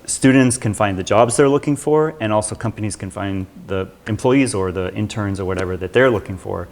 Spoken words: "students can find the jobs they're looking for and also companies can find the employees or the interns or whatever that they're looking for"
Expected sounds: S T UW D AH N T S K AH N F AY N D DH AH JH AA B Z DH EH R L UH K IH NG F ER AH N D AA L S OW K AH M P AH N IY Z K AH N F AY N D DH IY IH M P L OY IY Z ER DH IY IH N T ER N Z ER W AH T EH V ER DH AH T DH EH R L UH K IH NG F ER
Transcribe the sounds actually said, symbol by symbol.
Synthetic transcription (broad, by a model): S T UW D N T S K AH N F AY N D DH AH JH AA B Z DH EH R L UH K IH NG F ER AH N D AA L S OW K AH M P AH N IY Z K AH N F AY N DH IY IH M P L OY IY Z ER DH IY IH N T ER N Z ER W AH T EH V ER DH AH T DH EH R L UH K IH NG F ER